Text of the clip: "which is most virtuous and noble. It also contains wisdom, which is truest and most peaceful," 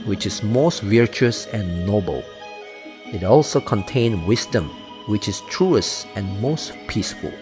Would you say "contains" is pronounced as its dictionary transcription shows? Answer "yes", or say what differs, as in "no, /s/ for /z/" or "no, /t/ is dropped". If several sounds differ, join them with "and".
no, /z/ is dropped